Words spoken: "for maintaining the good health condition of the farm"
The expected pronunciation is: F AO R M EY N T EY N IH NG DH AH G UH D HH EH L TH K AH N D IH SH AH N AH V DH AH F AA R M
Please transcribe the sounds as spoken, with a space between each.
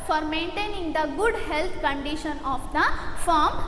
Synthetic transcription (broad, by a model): F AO R M EY N T EY N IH NG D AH G UH D HH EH L T K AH N D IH SH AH N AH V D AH F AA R M